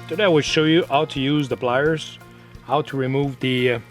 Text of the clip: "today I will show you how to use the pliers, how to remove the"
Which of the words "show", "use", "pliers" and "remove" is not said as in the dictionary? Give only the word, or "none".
pliers